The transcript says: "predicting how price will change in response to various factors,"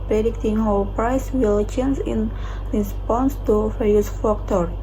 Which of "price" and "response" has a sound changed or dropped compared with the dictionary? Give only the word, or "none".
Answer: none